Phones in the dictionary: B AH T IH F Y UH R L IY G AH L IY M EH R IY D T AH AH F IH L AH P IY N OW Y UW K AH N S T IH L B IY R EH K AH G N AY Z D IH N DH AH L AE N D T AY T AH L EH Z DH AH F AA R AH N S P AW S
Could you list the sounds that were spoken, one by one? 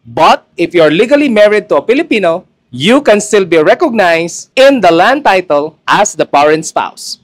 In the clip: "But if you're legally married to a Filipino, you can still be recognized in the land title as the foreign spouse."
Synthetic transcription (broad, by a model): B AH T IH F Y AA R L IY G AH L IY M EH R IY D T AH AH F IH L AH P IY N OW Y UW K AH N S T IH L B IY R EH K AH G N AY S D IH N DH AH L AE N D T AY T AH L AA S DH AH P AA R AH N S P AW S